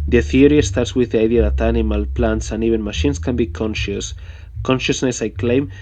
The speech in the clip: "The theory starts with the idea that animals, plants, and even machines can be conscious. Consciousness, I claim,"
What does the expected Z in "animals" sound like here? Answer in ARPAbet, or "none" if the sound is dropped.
none